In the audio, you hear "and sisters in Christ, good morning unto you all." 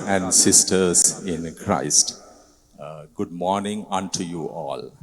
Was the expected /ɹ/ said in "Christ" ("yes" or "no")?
yes